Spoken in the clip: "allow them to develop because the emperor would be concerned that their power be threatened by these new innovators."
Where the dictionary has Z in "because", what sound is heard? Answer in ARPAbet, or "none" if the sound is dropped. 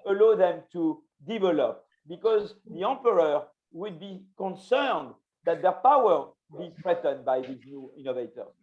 Z